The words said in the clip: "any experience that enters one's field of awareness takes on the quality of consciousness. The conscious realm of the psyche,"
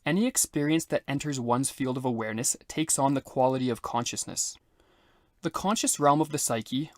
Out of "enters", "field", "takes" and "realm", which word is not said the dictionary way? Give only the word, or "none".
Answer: none